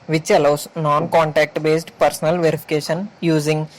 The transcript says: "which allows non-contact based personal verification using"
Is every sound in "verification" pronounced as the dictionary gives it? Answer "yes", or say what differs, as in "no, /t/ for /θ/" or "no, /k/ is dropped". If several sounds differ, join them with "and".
yes